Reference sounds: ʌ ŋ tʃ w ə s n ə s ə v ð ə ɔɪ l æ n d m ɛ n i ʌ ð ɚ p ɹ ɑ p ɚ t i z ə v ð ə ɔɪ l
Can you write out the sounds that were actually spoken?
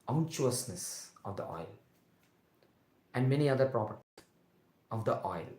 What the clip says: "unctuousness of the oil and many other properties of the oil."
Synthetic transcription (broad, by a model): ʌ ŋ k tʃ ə s n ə s ə v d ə ɔɪ l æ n d m ɛ n i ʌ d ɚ p ɹ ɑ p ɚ t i ə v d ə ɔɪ l